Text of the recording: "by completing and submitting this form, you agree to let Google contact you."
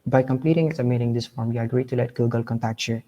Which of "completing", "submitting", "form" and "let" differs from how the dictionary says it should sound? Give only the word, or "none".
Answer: submitting